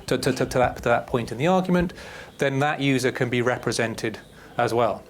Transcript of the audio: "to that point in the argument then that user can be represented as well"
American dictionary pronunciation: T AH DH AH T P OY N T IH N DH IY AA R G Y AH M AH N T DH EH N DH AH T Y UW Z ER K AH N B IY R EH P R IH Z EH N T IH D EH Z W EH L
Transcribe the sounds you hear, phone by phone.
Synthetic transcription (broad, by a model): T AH DH AH T P OY N T IH N DH IY AA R G Y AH M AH N T DH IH N DH AH T Y UW Z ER K AH N B IY R EH P R IH Z EH N T IH D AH Z W EH L